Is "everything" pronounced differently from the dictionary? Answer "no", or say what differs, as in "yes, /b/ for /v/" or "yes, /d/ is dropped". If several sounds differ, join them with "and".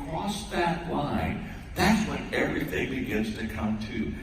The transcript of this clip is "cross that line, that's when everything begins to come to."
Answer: no